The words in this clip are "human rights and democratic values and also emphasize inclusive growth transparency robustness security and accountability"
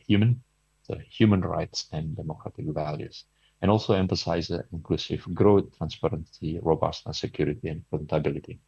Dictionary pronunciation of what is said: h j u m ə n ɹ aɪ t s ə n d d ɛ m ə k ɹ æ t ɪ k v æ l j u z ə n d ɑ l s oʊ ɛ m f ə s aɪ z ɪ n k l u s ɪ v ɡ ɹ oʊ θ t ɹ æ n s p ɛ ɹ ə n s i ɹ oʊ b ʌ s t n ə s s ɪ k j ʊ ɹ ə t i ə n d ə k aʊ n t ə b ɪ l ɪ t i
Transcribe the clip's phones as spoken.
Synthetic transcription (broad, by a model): h j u m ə n ɹ aɪ t s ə n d d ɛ m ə k ɹ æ t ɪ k v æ l j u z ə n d ɑ l s oʊ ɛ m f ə s aɪ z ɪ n k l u s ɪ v ɡ ɹ oʊ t ɹ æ n s p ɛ ɹ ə n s i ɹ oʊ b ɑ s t ə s s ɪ k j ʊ ɹ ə t i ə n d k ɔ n t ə b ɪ l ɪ t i